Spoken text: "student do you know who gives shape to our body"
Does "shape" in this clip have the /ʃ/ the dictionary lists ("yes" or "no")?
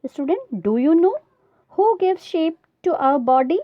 yes